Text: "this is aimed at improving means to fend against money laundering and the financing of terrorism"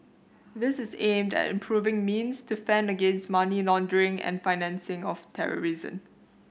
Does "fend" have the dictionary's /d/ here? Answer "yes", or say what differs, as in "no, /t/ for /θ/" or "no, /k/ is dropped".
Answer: yes